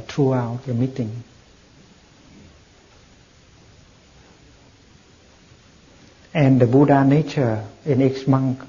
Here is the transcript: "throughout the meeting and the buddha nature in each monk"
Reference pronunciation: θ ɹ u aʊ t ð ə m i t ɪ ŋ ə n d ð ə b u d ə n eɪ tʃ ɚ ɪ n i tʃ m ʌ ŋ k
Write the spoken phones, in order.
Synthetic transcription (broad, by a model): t ɹ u aʊ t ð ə m i t ɪ ŋ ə n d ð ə b u d ə n eɪ tʃ ɚ ɪ n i s m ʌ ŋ k